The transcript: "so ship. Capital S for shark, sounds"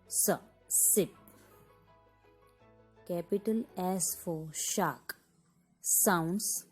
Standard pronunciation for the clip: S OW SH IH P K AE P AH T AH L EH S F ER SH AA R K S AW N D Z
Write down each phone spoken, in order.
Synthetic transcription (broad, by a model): S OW S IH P K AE P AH T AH L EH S F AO SH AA K S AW N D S